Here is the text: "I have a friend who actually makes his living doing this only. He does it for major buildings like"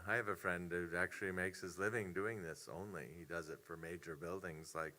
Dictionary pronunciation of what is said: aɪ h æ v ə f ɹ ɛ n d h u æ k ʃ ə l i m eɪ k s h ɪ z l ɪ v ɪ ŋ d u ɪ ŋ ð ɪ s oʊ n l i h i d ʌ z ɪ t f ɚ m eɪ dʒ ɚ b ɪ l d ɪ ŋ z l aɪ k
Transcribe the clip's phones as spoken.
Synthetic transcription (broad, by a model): aɪ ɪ v ə f ɹ ɛ n d h u æ k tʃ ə l i m eɪ k s h ɪ z l ɪ v ɪ ŋ d u ɪ ŋ ð ɪ s oʊ n l i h i d ʌ z ɪ t f ɚ m eɪ dʒ ɚ b ɪ l d ɪ ŋ z l aɪ k